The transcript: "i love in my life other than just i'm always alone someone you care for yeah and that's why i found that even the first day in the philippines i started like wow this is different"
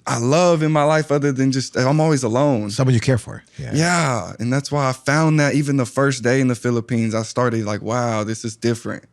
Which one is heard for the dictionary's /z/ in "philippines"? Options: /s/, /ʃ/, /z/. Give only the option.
/z/